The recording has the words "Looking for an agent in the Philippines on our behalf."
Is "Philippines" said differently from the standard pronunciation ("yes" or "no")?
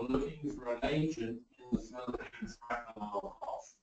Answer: yes